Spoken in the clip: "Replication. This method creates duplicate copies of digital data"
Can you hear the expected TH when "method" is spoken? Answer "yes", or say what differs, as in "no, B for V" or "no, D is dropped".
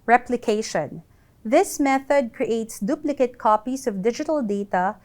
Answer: yes